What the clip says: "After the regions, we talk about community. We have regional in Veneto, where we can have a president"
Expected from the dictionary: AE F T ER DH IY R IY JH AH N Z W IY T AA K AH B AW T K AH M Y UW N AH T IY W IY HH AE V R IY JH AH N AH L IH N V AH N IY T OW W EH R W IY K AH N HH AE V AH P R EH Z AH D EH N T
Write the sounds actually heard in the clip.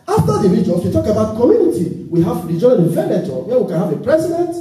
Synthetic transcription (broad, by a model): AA F T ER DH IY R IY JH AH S W IY T AA K AH B AW T K AH M Y UW N AH T IY W IY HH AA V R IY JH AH AH N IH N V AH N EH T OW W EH W IY K AH N HH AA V AH P R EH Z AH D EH N T